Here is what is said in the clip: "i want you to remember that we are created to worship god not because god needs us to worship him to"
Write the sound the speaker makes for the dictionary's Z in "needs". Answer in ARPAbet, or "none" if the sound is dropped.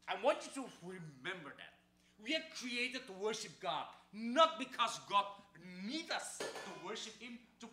none